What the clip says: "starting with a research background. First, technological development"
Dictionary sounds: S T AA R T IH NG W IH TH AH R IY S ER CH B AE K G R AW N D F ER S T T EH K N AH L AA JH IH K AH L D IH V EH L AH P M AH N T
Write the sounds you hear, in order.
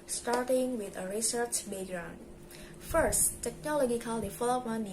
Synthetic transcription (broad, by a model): S T AA R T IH NG W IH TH AH R IY S ER CH B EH G R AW N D F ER S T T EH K N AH L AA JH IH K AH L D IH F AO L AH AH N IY